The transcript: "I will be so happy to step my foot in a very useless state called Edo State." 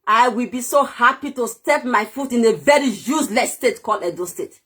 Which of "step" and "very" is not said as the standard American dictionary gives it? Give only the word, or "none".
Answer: none